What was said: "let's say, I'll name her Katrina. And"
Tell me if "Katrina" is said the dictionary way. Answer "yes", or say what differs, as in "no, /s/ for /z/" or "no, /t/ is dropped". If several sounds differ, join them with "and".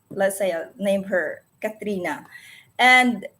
yes